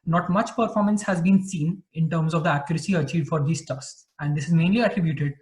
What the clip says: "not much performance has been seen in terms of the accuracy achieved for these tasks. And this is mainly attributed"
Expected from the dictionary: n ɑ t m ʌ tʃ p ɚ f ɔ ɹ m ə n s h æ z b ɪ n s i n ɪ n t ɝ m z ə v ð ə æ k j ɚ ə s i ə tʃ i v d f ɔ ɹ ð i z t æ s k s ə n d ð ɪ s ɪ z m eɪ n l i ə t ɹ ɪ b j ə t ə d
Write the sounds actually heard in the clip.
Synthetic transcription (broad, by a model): n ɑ t m ʌ tʃ p ɚ f ɔ ɹ m ə n s h æ z b ɪ n s i n ɪ n t ɝ m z ə v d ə æ k j ɚ ə s i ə tʃ i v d f ɔ ɹ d i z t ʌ s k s ə n d ɪ s ɪ z m eɪ n l i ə t ɹ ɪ b j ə t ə d